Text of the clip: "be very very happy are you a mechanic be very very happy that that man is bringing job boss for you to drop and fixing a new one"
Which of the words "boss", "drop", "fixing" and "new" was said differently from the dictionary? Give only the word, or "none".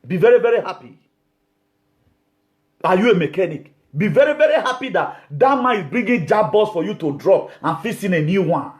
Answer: fixing